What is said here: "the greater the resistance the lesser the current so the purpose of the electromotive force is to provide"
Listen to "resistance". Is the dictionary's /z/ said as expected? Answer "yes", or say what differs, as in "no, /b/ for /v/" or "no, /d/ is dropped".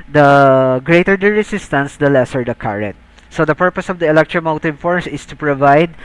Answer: no, /s/ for /z/